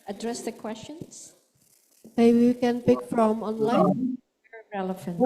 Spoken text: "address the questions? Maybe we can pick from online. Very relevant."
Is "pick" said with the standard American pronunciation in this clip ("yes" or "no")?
yes